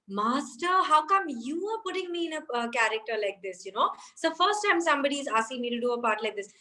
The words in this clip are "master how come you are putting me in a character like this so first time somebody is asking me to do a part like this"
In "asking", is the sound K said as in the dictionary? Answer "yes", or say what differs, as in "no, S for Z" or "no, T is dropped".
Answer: no, K is dropped